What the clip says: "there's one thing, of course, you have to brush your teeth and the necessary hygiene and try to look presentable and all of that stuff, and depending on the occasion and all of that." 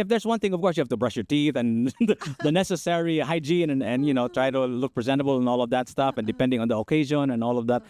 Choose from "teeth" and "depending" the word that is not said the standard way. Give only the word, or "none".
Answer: none